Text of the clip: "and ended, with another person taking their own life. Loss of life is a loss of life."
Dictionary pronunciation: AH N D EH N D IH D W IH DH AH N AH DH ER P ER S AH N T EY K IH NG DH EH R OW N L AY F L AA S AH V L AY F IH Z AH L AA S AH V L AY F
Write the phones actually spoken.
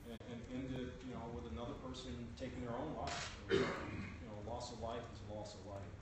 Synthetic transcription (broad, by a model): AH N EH N D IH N W IH DH AH N AH DH ER P ER S AH N T EY K IH NG DH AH R OW N L AY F L AA S AH V L AY F IH Z AH L AA S AH V L AY F